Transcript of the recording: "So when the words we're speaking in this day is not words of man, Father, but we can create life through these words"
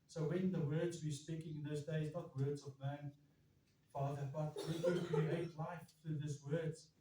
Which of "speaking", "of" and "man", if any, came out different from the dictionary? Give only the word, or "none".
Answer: none